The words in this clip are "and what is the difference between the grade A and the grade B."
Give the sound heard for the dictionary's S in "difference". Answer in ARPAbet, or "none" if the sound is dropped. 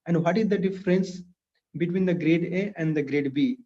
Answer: S